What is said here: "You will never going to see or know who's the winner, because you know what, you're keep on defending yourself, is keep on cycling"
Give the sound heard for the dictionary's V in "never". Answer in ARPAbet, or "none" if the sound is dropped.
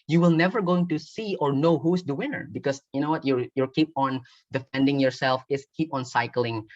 V